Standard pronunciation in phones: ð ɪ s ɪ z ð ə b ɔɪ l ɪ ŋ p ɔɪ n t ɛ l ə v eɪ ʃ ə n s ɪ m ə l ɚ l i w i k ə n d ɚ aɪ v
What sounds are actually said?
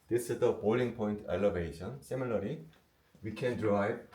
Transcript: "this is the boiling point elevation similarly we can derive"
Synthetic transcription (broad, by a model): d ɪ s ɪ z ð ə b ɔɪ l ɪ ŋ p ɔɪ n t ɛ l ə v eɪ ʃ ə n s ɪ m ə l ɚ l i w i k ə n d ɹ aɪ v